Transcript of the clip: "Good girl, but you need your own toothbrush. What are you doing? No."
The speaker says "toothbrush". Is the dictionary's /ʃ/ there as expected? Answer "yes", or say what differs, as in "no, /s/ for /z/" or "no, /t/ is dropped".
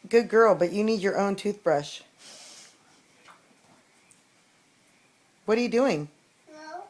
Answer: yes